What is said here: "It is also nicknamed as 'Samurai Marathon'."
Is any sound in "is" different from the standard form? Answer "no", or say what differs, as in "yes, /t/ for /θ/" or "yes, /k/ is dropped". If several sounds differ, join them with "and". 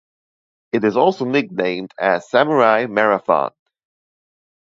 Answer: no